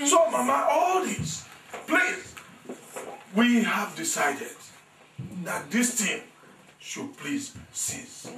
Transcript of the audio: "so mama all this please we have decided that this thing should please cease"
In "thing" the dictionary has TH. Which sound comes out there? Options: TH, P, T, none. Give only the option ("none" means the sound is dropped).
T